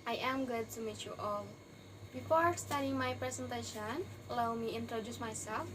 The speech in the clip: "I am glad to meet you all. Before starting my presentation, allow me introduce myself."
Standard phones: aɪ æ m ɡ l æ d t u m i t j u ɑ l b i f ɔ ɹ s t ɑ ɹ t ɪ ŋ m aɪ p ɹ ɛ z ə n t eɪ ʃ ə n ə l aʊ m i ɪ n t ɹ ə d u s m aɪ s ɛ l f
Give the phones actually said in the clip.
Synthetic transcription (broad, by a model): aɪ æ m ɡ ʊ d t u m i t j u ɑ l b i f ɔ ɹ s t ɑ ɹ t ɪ ŋ m aɪ p ɹ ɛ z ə n t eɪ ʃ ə n l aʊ m i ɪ n t ɹ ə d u s m aɪ s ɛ l f